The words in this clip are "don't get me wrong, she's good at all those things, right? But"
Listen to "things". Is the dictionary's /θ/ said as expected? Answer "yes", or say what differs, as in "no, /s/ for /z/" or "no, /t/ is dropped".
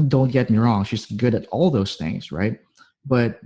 yes